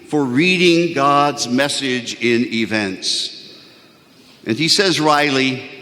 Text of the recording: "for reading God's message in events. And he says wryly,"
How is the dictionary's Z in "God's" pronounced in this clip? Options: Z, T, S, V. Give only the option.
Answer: Z